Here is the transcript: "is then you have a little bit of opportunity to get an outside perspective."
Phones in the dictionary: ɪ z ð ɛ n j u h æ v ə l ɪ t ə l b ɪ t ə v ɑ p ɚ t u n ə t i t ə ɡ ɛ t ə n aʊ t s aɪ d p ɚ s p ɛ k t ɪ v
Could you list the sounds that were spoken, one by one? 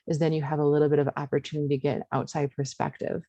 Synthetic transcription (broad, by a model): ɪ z ð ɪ n j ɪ v ə l ɪ t l b ɪ t ə v ɑ p ɚ t u n ə t i ɡ ɛ t ə n aʊ t s aɪ d p ɚ s p ɛ k t ɪ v